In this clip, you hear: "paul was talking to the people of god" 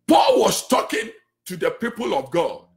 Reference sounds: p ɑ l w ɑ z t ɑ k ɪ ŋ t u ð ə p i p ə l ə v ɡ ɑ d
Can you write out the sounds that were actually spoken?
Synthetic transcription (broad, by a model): p ɑ l w ɑ s t ɑ k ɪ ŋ t u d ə p i p ə l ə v ɡ ɑ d